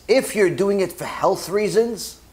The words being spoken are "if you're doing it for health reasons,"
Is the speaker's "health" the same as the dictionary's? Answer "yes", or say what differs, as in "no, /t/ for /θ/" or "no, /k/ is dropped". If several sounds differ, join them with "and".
yes